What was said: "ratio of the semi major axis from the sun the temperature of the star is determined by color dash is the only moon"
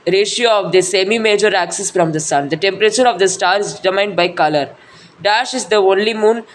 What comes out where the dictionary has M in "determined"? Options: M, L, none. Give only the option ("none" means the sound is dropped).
none